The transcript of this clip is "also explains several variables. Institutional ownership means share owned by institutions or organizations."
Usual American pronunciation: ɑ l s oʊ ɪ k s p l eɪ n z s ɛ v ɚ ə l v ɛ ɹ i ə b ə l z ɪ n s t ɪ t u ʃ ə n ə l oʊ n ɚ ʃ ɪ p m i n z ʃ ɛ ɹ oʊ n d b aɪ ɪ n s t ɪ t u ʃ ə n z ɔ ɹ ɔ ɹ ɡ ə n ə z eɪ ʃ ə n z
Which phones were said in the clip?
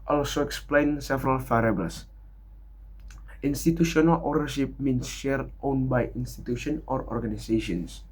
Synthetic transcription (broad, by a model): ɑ l s oʊ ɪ k s p l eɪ n s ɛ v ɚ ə l f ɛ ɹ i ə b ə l s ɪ n s t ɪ t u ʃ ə n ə l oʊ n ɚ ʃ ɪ p m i n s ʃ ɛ ɹ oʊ n b aɪ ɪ n s t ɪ t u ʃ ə n ɔ ɹ ɔ ɹ ɡ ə n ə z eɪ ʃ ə n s